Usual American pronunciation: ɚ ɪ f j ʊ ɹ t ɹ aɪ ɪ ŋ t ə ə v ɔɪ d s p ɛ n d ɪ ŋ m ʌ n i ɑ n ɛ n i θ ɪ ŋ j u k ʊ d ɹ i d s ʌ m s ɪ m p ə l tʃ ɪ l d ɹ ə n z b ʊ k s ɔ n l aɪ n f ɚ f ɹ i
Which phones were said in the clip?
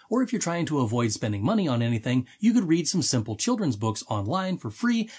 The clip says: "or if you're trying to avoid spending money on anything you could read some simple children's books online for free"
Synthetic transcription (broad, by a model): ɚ ɪ f j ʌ ɹ t ɹ aɪ ɪ ŋ t ə ə v ɔɪ d s p ɛ n d ɪ ŋ m ʌ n i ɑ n ɛ n i θ ɪ ŋ j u k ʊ d ɹ i d s ʌ m s ɪ m p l tʃ ɪ l d ɹ ə n z b ʊ k s ɔ n l aɪ n f ɚ f ɹ i